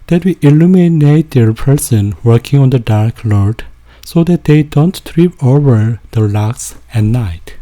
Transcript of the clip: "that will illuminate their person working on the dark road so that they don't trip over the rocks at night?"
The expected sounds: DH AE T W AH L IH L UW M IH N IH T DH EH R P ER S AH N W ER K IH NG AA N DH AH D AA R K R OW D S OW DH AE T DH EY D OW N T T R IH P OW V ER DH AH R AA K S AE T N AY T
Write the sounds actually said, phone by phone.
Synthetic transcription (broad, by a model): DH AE T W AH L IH L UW M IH N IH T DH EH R P ER S AH N W ER K IH NG AA N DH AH D AA R K L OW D S OW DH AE T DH EY D OW N T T R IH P OW V ER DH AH L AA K S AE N AY T